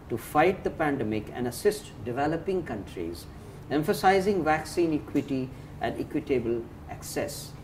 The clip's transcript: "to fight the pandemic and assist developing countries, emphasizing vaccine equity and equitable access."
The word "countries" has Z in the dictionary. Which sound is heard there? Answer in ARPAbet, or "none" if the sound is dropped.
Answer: Z